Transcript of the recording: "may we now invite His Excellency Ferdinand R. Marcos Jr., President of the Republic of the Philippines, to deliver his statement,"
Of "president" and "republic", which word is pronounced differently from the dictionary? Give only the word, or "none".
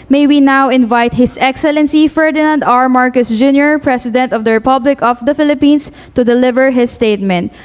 president